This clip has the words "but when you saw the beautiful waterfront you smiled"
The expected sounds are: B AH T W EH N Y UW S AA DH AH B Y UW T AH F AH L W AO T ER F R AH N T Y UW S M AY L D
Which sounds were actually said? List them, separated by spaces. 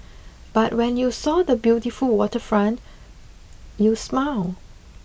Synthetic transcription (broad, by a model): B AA T W EH N Y UW S AA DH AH B Y UW T AH F AH L W AO T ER F R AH N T Y UW S M AY L